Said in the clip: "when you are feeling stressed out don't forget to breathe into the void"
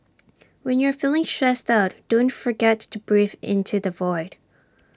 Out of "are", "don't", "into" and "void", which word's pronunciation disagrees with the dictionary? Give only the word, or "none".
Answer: none